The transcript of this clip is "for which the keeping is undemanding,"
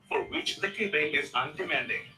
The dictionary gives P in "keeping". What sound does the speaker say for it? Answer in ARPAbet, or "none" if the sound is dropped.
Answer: B